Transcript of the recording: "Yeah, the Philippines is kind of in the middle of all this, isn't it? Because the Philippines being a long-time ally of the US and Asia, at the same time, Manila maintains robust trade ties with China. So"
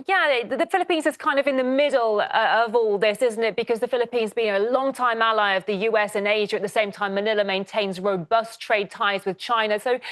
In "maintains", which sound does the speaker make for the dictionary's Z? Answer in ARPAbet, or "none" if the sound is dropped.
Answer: Z